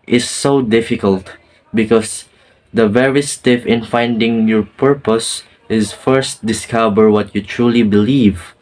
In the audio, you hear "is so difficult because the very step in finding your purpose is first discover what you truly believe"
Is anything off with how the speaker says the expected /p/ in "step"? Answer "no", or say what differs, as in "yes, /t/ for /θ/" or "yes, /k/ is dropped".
yes, /f/ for /p/